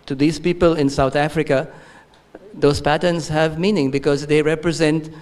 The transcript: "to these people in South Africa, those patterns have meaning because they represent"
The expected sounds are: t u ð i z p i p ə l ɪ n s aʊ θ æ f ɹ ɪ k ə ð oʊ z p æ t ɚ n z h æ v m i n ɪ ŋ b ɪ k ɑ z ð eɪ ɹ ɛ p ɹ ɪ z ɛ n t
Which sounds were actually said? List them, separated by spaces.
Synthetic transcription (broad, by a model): t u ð i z p i p ə l ɪ n s aʊ t æ f ɹ ɪ k ə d oʊ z p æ t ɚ n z h æ v m i n ɪ ŋ b ɪ k ɑ z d eɪ ɹ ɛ p ɹ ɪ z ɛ n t